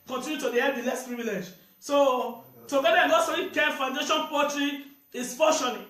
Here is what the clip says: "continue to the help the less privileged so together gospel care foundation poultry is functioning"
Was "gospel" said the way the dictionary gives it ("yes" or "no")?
no